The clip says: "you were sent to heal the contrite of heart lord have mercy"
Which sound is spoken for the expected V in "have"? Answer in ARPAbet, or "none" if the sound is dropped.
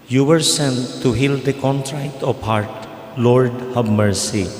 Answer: B